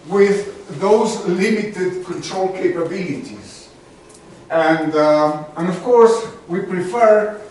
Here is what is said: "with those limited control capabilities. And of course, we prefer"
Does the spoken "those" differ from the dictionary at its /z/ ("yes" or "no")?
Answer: no